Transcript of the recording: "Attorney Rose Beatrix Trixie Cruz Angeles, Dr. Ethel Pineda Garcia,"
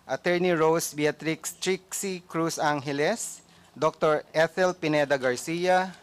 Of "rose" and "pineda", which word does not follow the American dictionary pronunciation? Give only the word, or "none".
rose